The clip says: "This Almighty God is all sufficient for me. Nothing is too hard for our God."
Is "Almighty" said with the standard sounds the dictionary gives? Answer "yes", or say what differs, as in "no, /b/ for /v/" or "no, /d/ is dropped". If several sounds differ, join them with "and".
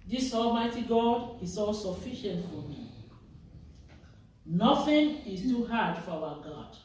yes